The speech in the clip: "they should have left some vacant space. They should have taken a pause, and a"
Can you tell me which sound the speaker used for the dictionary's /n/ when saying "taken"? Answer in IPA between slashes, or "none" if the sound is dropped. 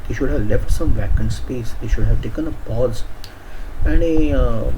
/n/